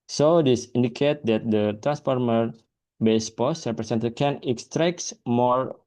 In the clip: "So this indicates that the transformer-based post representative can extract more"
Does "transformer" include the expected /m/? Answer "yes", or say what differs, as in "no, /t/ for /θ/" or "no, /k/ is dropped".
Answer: yes